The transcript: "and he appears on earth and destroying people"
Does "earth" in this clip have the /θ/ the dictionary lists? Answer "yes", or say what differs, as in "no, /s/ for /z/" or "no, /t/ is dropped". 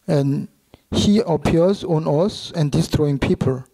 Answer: no, /s/ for /θ/